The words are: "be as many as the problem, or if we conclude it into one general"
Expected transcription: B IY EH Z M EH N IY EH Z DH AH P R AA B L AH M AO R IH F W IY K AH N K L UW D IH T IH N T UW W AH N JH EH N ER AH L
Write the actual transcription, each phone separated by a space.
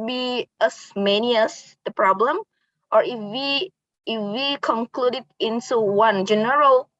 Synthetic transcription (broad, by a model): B IY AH S M EH N IY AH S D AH P R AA B L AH M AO W IH F W IY K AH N K L UW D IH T IH N T UW W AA N JH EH N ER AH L